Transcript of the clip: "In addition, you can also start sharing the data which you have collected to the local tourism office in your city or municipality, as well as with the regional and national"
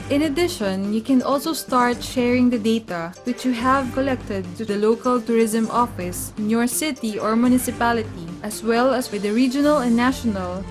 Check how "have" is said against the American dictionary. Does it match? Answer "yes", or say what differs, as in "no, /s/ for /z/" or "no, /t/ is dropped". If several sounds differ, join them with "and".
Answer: yes